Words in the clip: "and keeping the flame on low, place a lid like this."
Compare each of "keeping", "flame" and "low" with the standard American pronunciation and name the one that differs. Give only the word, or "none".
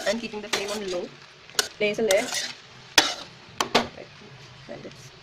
flame